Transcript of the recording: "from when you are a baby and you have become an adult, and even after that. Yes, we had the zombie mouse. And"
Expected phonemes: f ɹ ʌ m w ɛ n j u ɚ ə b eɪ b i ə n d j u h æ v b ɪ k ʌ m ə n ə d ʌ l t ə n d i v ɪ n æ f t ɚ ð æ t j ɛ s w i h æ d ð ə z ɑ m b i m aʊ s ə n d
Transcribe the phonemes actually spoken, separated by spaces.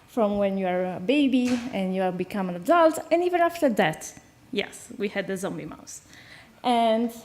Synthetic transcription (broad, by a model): f ɹ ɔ m w ɛ n j u ɚ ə b eɪ b i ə n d j u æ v b ɪ k ʌ m ə n ə d ʌ l t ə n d i v ɪ n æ f t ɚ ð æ t j ɛ s w i h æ d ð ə z ɑ m b i m aʊ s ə n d